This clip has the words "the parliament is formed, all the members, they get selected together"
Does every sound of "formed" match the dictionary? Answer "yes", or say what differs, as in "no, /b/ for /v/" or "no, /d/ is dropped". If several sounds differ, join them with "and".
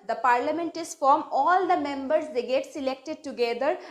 no, /d/ is dropped